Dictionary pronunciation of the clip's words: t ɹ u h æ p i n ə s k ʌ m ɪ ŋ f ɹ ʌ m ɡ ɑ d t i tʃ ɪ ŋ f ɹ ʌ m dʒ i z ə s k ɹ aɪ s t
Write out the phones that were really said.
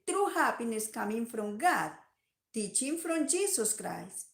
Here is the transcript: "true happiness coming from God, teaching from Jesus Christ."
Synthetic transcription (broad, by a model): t ɹ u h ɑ p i n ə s k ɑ m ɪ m f ɹ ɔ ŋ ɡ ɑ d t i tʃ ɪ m f ɹ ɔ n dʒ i s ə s k ɹ aɪ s